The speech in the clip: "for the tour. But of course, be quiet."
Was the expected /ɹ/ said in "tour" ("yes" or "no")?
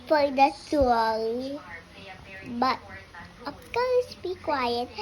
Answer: no